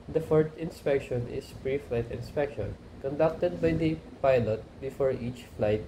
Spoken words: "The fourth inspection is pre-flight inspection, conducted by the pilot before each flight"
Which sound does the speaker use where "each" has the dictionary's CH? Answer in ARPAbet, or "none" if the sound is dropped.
CH